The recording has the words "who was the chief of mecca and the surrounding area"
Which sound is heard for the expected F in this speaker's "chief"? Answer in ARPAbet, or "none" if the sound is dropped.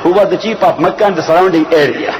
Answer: P